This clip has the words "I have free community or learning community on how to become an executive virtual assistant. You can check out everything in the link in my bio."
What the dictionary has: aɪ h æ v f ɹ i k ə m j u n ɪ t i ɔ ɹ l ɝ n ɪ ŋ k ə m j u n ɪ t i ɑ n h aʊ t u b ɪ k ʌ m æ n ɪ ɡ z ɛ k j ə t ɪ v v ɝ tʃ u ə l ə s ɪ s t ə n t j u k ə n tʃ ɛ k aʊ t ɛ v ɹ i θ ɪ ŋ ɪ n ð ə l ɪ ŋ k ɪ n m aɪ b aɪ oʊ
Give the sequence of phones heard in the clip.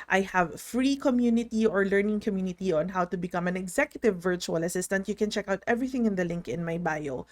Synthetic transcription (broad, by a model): aɪ h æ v f ɹ i k ə m j u n ɪ t i ɔ ɹ l ɝ n ɪ ŋ k ə m j u n ɪ t i ɑ n h aʊ t u b ɪ k ʌ m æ n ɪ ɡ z ɛ k j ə t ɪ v v ɝ tʃ u ə l ə s ɪ s t ə n t j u k ə n tʃ ɛ k aʊ t ɛ v ɹ i θ ɪ ŋ ɪ n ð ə l ɪ ŋ k ɪ n m aɪ b aɪ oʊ